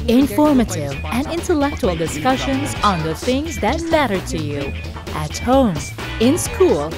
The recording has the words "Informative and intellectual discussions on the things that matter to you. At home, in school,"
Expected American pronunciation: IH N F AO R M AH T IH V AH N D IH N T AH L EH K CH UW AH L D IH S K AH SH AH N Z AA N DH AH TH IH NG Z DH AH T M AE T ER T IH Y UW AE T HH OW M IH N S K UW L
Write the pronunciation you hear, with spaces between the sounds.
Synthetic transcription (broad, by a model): IH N F AO R M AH T IH V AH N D IH N T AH L EH K CH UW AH L D IH S K AH SH AH N Z N DH AH TH IH NG Z DH AH T M AE T ER T IH Y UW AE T HH OW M IH N S K UW L